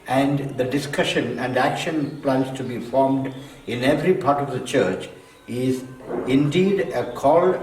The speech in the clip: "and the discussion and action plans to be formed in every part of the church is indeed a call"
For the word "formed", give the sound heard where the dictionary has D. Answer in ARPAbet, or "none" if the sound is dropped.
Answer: D